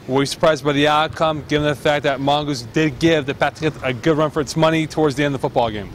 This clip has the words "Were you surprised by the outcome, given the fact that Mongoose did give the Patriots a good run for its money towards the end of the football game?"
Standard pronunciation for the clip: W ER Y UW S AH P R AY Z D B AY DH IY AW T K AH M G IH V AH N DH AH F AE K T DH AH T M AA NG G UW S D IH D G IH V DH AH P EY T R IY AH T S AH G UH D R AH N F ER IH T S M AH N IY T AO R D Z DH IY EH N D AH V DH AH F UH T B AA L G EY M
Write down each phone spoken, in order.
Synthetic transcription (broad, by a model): W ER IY S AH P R AY Z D B AY DH IY AW T K AH M G IH V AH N DH AH F AE K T DH AH T M AA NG G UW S D IH D G IH V DH AH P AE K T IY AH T AH G UH D R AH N F ER IH T S M AH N IY T AO R D Z DH IY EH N DH AH F UH T B AA L G EY M